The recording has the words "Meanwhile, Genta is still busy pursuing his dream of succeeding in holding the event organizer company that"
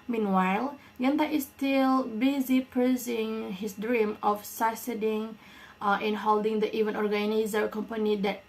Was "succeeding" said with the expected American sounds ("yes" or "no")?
no